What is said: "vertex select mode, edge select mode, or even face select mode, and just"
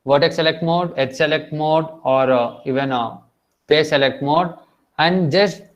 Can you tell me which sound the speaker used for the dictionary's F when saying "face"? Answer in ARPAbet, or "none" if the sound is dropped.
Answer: P